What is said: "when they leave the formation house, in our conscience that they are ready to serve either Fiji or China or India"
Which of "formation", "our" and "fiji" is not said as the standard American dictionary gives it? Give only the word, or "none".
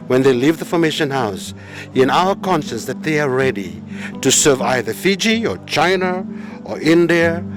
none